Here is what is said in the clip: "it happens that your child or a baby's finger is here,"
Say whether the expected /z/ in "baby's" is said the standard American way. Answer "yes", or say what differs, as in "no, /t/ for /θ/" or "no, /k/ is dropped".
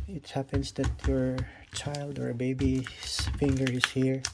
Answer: no, /s/ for /z/